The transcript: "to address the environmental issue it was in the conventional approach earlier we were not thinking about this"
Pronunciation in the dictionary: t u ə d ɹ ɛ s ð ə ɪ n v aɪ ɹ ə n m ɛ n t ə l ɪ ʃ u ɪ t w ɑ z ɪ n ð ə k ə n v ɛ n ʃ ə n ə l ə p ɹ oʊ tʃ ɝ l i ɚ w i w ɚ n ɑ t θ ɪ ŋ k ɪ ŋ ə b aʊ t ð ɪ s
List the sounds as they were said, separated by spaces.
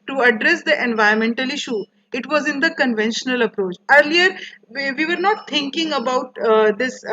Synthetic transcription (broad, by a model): t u ə d ɹ ɛ s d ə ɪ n v aɪ ə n m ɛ n t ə l ɪ ʃ u ɪ t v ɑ z ɪ n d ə k ə n v ɛ n ʃ ə n ə l ə p ɹ oʊ tʃ ɝ l i ɚ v i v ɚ n ɑ t t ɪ ŋ k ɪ ŋ ə b aʊ t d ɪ s